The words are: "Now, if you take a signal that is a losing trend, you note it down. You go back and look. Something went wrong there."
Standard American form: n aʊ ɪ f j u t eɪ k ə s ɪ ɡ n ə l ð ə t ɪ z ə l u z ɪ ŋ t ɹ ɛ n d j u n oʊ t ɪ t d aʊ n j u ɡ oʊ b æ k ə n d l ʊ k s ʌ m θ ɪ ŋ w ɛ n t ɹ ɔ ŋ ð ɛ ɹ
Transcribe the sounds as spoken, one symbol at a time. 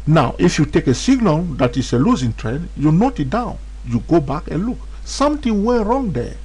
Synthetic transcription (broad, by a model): n aʊ ɪ f j u t eɪ k ə s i ɡ n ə l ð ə t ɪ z ə l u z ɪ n t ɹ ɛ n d j u n oʊ t ɪ t d aʊ n j u ɡ oʊ b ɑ k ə n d l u k s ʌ m t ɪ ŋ w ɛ ɹ ɔ ŋ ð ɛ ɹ